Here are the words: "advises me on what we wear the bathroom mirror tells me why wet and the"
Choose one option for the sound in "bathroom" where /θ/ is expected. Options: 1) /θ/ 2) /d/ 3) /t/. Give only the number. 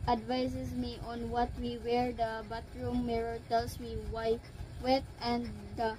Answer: 3